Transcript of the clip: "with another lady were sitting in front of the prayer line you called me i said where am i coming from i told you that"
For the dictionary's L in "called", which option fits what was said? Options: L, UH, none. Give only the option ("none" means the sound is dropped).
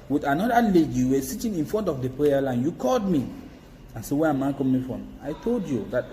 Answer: L